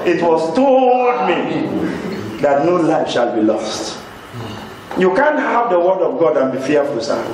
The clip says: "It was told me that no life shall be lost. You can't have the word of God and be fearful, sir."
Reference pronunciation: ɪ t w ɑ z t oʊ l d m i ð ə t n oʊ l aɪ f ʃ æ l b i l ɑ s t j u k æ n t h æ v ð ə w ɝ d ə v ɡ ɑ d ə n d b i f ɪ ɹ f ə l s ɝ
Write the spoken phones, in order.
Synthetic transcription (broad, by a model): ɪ t w ɑ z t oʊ d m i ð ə t n oʊ l aɪ f ʃ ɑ l b i l ɑ s t j u k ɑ n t h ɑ v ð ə w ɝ d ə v ɡ ɑ d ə n b i f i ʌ f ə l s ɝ